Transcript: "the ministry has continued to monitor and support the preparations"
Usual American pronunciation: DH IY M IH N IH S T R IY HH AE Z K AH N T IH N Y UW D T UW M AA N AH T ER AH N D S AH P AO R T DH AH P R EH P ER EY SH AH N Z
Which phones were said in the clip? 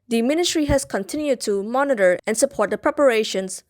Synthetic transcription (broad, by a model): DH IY M IH N IH S T R IY HH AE S K AH N T IH N Y UW D T UW M AA N AH T ER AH N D S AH P AO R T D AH P R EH P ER EY SH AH N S